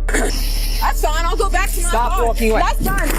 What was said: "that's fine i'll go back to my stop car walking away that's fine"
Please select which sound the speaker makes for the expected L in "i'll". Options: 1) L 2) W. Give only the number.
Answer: 1